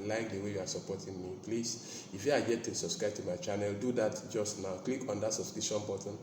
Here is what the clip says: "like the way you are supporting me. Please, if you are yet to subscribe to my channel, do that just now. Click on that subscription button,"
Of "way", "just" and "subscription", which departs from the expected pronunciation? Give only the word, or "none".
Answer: subscription